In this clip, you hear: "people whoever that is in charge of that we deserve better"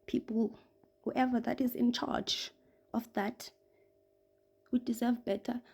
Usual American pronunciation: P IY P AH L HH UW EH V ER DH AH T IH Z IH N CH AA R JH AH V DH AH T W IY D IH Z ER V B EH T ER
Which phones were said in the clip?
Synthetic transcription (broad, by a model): P IY P L HH UW EH V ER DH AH T IH Z IH N CH AA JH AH F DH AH T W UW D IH Z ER V B EH T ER